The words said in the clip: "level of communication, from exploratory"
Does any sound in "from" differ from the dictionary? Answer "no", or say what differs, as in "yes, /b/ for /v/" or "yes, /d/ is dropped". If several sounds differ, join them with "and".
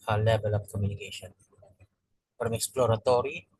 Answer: yes, /p/ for /f/